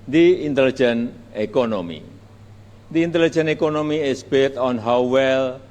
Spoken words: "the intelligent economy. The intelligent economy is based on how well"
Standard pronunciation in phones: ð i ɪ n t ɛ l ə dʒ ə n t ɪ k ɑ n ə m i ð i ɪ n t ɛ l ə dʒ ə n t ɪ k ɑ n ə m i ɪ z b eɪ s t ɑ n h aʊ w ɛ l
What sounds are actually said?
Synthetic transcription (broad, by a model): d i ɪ n t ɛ l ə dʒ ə n ɪ k ɑ n ə m i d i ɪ n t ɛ l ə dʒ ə n ɪ k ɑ n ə m i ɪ s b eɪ t ɑ n h aʊ w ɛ l